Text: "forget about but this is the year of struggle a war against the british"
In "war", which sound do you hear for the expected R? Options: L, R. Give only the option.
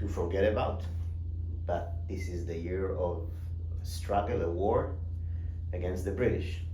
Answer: R